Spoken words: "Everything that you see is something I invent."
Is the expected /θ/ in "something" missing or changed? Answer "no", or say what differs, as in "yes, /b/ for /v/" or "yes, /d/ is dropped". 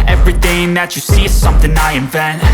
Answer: no